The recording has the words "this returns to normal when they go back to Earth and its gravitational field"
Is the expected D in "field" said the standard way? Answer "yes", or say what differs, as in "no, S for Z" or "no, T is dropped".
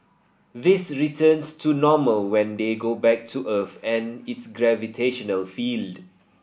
yes